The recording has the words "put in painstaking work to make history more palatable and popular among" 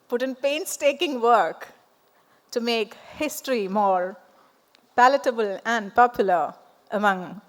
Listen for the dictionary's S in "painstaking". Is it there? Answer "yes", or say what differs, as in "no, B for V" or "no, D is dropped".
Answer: yes